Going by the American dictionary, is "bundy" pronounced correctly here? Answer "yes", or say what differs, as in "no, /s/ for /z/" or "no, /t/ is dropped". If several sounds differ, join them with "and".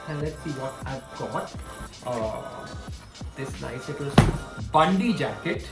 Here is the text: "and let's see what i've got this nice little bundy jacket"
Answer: yes